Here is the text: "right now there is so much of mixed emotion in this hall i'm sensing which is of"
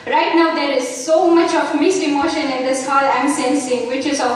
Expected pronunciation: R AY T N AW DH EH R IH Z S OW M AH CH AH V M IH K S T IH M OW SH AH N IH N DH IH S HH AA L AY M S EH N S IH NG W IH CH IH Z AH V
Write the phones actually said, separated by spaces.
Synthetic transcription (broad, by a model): R AY T N AW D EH R IH Z S OW M AH CH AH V M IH S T IH M OW SH AH N IH N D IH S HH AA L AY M S EH N S IH NG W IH CH IH Z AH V